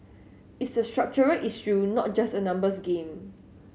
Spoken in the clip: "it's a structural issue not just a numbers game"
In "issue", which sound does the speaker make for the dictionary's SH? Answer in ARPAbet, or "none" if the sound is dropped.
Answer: S